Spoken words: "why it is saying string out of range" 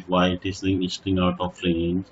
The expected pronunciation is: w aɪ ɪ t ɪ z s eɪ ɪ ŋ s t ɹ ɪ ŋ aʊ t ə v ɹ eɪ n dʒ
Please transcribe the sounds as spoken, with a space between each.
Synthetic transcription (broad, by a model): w aɪ ɪ t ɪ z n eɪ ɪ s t ɪ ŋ aʊ t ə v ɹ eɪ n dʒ